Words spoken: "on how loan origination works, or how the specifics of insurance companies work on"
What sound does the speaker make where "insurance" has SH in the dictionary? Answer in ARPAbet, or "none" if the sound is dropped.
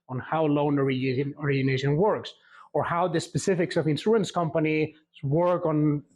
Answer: S